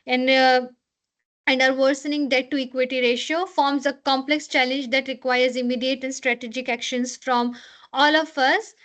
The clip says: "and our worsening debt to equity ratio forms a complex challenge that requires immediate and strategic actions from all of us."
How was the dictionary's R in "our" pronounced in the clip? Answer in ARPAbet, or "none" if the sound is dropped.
R